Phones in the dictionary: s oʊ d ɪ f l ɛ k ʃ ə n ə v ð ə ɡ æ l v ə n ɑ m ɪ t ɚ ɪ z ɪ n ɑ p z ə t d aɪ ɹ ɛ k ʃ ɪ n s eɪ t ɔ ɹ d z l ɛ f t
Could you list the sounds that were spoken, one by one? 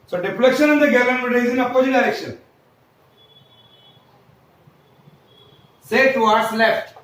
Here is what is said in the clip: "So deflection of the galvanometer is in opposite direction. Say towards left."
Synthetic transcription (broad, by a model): s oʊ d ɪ p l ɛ k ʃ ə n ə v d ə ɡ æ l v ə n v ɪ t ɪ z ɪ n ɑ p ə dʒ d aɪ ɹ ɛ k ʃ ɪ n s eɪ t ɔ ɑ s l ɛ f t